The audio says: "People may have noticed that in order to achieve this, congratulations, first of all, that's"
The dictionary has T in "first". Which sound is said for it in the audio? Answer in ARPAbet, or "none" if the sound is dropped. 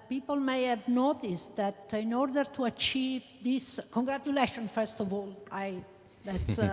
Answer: T